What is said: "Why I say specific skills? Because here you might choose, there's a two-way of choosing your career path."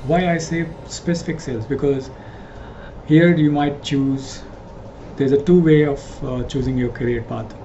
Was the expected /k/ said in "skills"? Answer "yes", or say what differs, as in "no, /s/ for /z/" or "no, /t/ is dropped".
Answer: no, /k/ is dropped